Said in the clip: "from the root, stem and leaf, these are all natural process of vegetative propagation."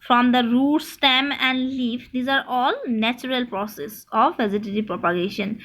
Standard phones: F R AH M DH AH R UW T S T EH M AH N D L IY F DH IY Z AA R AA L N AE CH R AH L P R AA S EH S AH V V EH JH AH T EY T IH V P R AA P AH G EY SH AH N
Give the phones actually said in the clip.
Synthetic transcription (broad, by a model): F R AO M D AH R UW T S T EH M AH N D L IY F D IY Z AA R AA L N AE CH R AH L P R AA S EH S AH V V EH Z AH T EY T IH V P R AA P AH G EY SH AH N